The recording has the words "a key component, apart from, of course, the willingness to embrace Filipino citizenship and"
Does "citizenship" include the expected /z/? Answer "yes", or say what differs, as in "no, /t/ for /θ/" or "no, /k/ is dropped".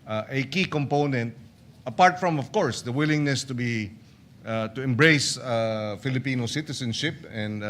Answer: no, /s/ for /z/